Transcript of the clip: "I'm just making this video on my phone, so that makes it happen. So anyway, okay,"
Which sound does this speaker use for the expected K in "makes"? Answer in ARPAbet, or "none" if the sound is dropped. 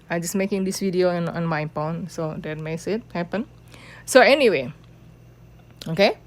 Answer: none